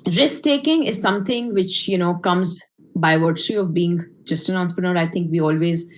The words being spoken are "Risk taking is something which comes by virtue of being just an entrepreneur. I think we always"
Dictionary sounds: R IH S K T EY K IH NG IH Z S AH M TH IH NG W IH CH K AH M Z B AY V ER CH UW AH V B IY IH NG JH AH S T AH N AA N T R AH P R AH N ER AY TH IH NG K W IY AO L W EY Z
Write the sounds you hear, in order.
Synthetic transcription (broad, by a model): R IH S K T EY K IH NG IH Z S AH M T IH NG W IH CH K AH M Z B AY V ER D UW AH V B IY IH NG JH AH S T AH N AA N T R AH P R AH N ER AY T IH NG K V IY AO L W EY Z